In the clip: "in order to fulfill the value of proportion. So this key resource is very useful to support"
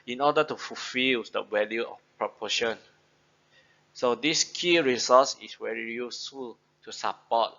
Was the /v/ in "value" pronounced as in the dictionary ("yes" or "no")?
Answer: no